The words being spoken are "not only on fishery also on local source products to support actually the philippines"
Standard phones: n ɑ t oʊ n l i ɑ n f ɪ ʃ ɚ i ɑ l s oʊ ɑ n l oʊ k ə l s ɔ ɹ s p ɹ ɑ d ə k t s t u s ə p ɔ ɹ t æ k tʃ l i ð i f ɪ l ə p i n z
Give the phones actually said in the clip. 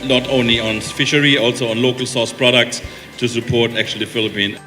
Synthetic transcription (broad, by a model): n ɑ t oʊ n l i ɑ n f ɪ ʃ ɚ i ɑ l s oʊ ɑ n l oʊ k ə l s ɔ s p ɹ ɑ d ə k t s t u s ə p ɔ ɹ t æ k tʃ i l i f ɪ l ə p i n